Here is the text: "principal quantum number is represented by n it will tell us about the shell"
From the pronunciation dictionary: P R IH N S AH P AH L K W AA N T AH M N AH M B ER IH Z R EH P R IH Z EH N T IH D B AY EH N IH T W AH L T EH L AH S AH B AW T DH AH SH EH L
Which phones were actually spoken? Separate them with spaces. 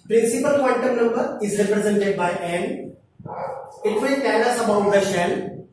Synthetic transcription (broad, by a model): P R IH N S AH P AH L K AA N T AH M N AH M B ER IH Z R EH P R IH Z EH N T IH D B AY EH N IH T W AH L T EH N AH S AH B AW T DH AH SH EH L